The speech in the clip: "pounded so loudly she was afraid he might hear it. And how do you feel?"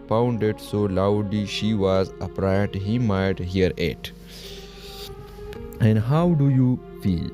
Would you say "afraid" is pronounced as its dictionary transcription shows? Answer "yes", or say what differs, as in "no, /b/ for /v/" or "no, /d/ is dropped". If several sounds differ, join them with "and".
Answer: no, /p/ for /f/